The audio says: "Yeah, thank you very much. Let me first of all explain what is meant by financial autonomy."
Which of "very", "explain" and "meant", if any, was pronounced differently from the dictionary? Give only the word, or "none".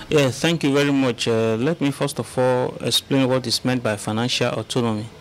none